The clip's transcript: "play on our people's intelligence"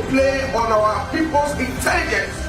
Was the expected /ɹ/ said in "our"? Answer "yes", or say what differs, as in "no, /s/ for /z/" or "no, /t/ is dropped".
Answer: no, /w/ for /ɹ/